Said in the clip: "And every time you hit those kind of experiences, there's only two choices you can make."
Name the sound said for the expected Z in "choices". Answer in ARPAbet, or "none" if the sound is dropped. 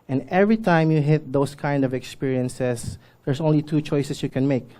S